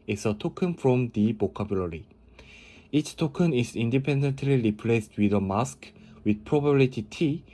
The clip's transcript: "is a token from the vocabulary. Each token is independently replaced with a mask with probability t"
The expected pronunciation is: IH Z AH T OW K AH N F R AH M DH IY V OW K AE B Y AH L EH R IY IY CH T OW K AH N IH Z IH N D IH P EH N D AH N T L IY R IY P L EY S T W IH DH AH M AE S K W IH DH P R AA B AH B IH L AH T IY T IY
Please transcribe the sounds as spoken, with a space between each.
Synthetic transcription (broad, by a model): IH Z AH T OW K AH N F R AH M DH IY B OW K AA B Y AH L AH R IY IY CH T OW K AH N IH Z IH N D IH P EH N D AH N T L IY R IY P L EY S T W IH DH AH M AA S K W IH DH P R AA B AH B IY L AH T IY T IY